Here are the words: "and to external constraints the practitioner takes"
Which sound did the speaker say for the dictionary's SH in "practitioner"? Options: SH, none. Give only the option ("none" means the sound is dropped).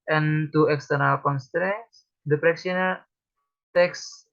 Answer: none